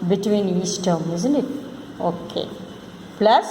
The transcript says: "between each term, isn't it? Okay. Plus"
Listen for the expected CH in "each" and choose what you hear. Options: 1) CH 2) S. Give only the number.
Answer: 2